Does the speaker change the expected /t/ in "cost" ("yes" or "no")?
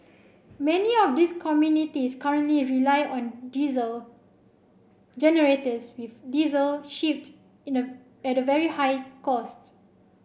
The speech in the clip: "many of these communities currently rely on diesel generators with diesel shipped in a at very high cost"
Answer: no